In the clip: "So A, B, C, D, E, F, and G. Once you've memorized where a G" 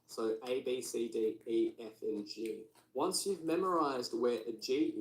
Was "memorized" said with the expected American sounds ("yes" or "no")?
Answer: yes